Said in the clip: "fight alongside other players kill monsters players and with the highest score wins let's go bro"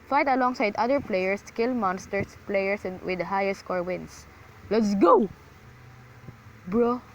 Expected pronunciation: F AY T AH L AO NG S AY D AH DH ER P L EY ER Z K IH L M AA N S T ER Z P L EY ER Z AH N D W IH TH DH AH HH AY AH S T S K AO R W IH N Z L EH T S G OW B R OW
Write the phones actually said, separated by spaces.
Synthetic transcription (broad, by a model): F AY T AH L AO NG S AY D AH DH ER P L EY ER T K IH L M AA N S T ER S P L EY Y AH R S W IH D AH HH AY AH S T K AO R W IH N S L EH T S G OW B R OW